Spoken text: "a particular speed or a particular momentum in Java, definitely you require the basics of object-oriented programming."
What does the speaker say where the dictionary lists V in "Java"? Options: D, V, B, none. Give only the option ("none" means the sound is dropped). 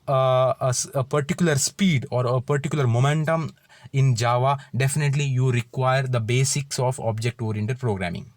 V